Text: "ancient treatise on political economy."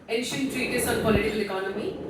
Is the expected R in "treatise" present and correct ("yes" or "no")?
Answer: yes